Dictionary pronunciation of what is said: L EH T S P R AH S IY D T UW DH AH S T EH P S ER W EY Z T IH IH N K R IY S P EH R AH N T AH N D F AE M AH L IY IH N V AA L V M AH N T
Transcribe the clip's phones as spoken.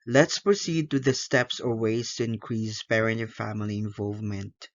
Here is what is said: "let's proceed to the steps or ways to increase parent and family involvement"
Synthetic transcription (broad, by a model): L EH T S P R AH S IY D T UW DH AH S T EH P S ER W EY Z T IH IH N K R IY S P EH R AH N AH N F AE M AH L IY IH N V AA L V M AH N T